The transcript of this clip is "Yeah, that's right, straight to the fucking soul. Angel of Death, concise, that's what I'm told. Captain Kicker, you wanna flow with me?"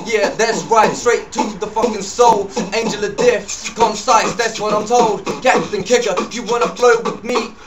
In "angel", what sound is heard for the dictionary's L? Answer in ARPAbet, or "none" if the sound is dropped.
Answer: L